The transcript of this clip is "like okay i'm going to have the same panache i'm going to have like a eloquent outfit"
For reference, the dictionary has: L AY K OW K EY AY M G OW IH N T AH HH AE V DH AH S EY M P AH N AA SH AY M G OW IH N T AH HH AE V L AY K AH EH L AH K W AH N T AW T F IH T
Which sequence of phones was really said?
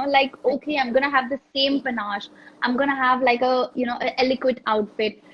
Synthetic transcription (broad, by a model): L AY K OW K EY AY M G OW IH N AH HH AE V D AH S EY M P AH N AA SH AY M G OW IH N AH HH AE V L AY K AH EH L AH K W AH T AW T F IH T